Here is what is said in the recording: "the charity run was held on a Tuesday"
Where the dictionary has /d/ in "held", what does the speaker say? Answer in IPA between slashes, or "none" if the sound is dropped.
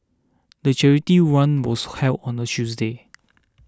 none